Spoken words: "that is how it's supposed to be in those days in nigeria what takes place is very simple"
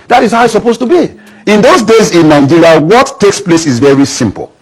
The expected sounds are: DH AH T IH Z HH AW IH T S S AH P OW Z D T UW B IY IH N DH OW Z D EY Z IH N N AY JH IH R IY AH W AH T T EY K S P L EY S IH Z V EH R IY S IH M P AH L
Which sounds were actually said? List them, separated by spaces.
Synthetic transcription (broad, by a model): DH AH T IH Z HH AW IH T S S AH P OW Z T UW B IY IH N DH OW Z D EY Z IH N N AY JH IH R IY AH W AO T T EY K S P L EY S IH Z V EH R IY S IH M P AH L